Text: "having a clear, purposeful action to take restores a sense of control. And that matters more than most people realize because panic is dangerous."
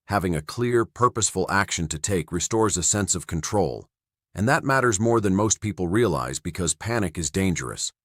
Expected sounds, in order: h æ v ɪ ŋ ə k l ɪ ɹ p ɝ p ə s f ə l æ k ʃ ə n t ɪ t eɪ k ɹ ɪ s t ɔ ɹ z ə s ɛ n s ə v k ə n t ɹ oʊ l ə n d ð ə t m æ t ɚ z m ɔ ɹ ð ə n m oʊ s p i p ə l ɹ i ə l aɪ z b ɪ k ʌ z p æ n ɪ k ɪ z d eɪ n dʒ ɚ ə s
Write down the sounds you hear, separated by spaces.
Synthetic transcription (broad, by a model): h æ v ɪ ŋ ə k l ɪ ɹ p ɝ p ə s f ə l æ k ʃ ə n t ɪ t eɪ k ɹ ɪ s t ɔ ɹ z ə s ɛ n s ə v k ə n t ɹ oʊ l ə n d ð ə t m æ t ɚ z m ɔ ɹ ð ə n m oʊ s p i p l ɹ i ə l aɪ z b ɪ k ʌ z p æ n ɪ k ɪ z d eɪ n dʒ ɚ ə s